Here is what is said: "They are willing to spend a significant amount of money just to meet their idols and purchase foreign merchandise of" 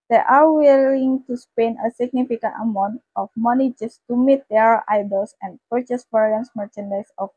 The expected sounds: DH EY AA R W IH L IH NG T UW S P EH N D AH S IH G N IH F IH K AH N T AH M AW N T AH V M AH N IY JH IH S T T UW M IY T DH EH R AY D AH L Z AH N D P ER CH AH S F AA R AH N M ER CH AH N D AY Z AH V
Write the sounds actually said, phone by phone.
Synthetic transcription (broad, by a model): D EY AA R W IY L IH NG T UW S P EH N AH S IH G N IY F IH K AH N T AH M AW N T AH F M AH N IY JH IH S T T UW M IY T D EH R AY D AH L S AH N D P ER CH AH S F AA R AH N M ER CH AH N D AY S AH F